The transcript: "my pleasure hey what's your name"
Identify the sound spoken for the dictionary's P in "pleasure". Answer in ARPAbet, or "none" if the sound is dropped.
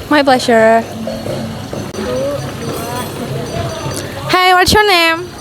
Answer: B